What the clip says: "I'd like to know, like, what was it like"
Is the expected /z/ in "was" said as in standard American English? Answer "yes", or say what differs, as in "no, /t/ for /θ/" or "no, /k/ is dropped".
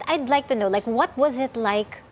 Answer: yes